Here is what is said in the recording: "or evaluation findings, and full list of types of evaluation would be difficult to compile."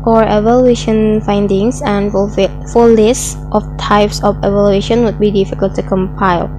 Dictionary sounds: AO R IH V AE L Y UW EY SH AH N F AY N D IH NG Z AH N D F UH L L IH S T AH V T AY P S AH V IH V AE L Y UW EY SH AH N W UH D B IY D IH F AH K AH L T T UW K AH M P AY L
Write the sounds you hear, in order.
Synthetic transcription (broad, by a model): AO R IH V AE L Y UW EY SH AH N F AY N D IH NG S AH N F F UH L L IH S T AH F T AY P S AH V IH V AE L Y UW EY SH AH N W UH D B IY D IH F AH K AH L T T UW K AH M P AY L